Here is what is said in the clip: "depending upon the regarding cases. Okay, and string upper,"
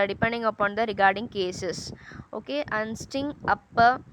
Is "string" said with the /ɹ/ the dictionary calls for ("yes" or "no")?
no